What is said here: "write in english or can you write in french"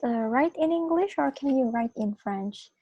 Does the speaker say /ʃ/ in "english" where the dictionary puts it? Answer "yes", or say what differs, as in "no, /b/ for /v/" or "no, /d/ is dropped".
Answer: yes